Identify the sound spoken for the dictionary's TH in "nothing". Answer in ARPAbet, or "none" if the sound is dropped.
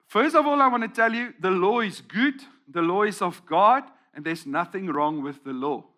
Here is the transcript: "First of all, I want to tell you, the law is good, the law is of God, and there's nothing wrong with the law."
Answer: TH